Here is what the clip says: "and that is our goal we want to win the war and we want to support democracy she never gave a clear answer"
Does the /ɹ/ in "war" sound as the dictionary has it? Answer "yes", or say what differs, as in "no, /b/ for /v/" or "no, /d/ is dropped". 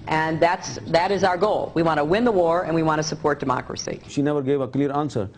yes